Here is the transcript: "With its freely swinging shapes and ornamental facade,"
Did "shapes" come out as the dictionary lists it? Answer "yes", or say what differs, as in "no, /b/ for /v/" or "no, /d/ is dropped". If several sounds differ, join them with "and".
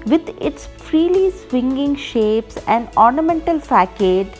yes